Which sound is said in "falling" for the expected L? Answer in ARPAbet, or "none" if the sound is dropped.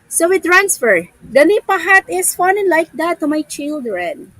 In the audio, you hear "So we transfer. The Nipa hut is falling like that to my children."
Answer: N